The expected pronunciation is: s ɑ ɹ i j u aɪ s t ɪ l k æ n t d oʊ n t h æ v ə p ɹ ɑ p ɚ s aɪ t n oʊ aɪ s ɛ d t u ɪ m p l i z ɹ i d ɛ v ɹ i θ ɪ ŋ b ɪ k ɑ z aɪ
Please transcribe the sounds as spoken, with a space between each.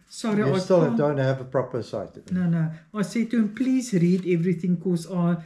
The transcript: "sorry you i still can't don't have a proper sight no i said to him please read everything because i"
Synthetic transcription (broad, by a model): s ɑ ɹ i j aɪ s t ɪ l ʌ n d oʊ n t h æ v ə p ɹ ɑ p ɚ s aɪ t n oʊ aɪ s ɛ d t u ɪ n p l i z ɹ i d ɛ v ɹ i θ ɪ ŋ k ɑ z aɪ